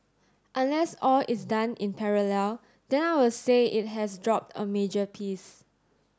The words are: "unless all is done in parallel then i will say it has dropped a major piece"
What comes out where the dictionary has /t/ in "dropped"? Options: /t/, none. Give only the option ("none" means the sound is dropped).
/t/